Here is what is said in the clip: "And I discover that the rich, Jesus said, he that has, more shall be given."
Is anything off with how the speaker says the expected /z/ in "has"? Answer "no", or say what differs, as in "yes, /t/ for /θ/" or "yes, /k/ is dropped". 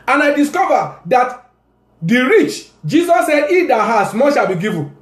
yes, /s/ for /z/